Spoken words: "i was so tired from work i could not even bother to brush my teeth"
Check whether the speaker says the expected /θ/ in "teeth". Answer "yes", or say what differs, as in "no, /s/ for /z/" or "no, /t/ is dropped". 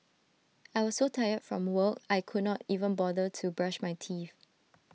no, /f/ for /θ/